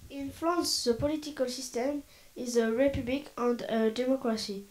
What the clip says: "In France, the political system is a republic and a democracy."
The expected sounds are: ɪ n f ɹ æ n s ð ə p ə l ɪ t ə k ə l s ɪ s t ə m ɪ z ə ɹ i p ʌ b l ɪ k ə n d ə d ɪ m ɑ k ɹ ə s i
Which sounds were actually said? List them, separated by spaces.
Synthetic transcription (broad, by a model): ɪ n f l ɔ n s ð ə p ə l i t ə k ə l s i s t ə m ɪ z ə ɹ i p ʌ b l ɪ k ə n d ə d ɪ m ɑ k ɹ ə s i